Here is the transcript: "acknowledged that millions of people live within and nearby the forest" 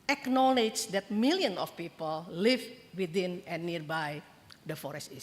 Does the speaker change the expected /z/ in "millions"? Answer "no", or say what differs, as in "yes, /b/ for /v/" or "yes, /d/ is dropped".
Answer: yes, /z/ is dropped